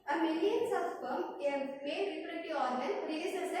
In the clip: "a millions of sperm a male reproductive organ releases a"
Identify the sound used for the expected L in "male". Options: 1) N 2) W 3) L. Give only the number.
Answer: 1